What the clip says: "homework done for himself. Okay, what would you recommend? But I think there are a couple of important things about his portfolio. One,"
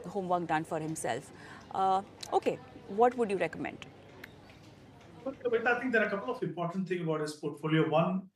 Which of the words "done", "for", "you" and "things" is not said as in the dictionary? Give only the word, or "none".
things